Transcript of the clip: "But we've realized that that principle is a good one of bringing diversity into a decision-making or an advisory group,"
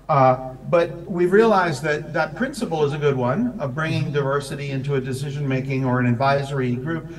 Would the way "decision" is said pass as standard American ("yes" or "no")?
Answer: yes